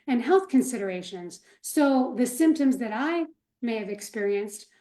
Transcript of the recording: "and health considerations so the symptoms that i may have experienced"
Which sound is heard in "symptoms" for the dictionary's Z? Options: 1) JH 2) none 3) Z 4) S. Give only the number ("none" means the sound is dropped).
3